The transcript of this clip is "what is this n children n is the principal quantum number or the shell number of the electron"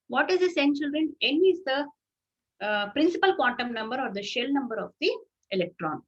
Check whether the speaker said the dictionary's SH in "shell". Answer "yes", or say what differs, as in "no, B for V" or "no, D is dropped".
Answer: yes